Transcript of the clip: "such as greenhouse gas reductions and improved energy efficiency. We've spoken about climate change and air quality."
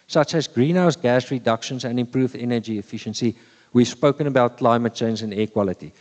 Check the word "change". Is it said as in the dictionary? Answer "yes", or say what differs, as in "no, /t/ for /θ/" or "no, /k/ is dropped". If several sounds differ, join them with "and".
no, /z/ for /dʒ/